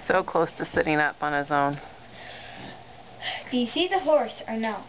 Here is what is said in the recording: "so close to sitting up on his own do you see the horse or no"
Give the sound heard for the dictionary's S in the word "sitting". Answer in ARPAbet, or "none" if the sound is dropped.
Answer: S